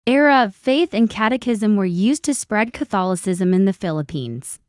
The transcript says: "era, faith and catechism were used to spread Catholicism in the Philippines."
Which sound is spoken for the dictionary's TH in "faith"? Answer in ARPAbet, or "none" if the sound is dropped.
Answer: TH